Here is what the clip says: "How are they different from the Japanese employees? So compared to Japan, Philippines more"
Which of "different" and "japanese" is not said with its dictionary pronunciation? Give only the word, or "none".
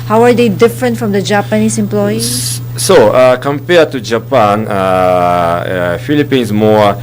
japanese